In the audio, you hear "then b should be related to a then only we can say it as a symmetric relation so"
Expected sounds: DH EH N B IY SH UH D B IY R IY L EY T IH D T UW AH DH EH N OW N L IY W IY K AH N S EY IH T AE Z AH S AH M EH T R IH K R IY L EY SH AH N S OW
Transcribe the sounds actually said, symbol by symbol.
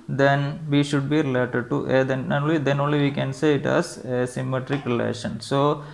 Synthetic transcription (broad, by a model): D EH N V IY SH UH D B IY R IY L EY T IH D T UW AH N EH N OW N L IY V IY K AH N S EY IH T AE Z AH S AH M EH T R IH K R IY L EY SH AH N S OW